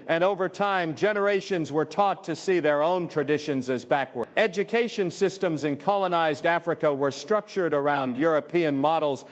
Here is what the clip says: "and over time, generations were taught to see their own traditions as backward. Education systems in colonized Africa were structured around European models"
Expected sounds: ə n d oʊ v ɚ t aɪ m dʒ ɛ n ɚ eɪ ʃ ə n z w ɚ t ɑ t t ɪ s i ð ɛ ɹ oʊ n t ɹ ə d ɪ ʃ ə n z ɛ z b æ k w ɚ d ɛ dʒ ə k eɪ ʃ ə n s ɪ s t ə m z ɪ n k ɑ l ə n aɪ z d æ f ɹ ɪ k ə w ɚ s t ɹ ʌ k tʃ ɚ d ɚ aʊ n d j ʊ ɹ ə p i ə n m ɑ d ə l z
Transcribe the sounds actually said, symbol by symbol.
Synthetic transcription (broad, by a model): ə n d oʊ v ɚ t aɪ m dʒ ɛ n ɚ eɪ ʃ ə n z w ɚ t ɑ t t ɪ s i ð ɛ ɹ oʊ n t ɹ ə d ɪ ʃ ə n z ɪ z b æ k w ɚ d ɛ dʒ ə k eɪ ʃ ə n s ɪ s t ə m z ɪ n k ɑ l ə n aɪ z d æ f ɹ ɪ k ə w ɚ s t ɹ ʌ k tʃ ɚ d ɚ aʊ n d j ʊ ɹ ə p i ə n m ɑ d l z